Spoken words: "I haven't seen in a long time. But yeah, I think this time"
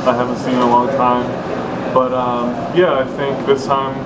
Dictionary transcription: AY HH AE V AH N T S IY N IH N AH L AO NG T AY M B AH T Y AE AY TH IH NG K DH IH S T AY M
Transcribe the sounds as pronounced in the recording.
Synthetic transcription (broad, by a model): AY HH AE V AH N T S IY N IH L AH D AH T AY M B AH T Y AE AY TH IH NG K DH IH S T AY M